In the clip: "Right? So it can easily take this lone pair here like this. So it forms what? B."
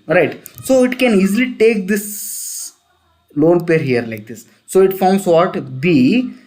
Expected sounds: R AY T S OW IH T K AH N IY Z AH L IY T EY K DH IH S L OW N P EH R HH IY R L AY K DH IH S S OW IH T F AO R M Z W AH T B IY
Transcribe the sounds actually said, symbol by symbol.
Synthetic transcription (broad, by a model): R AY T S OW IH T K AH N IY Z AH L IY T EY K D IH S L OW N P EH R HH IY R L AY K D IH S S OW IH T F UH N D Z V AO T B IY